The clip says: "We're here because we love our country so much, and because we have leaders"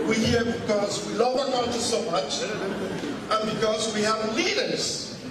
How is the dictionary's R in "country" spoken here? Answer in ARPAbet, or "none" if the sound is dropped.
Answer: none